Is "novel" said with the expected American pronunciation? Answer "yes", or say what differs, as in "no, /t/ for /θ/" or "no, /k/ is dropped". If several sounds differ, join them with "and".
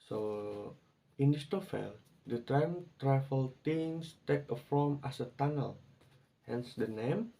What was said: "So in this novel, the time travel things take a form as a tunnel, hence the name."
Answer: no, /f/ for /v/